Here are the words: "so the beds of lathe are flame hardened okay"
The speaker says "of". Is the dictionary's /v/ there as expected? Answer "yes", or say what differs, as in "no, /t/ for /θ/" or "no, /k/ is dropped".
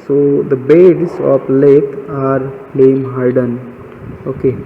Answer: no, /p/ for /v/